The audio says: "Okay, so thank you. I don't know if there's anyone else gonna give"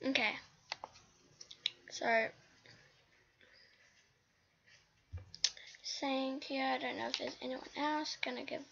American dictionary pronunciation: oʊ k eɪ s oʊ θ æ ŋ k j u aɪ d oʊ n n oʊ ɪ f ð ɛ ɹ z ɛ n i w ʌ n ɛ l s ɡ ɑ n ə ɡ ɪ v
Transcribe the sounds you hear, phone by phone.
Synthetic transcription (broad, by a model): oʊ k eɪ s oʊ s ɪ ŋ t j u aɪ d oʊ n n oʊ ɪ f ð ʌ ɹ z ɛ n i w ʌ n ɛ l s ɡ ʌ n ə ɡ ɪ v